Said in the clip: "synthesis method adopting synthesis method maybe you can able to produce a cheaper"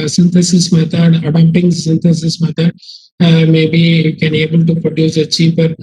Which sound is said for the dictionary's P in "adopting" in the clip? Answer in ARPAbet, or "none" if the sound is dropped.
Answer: none